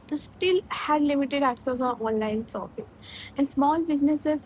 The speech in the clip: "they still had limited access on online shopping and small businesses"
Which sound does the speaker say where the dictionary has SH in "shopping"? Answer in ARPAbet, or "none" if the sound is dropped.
S